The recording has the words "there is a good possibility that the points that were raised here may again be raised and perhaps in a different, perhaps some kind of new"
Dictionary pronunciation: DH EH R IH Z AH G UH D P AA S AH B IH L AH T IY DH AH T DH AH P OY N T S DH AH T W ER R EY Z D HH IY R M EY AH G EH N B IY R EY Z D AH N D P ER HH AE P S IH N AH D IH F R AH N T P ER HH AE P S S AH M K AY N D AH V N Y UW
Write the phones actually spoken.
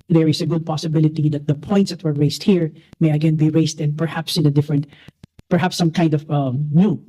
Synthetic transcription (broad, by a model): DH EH R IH S AH G UH D P AA S AH B IH L AH T IY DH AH T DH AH P OY N T S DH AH T W ER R EY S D HH IY R M EY AH G EH N B IY R EY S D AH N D P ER HH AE P S IH N AH D IH F R AH N T P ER HH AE P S S AH M K AY N D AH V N Y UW